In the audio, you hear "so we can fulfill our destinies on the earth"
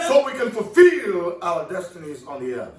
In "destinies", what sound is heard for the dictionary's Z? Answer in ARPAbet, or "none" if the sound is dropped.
Z